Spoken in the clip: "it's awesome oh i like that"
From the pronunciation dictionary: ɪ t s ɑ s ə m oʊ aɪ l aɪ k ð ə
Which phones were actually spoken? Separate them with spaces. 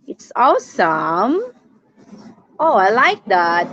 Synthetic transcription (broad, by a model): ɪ t s ɑ s ə m oʊ aɪ l aɪ k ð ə